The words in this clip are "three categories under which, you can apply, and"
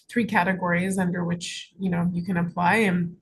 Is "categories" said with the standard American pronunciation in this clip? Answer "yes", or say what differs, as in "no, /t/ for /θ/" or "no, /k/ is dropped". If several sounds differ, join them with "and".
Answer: yes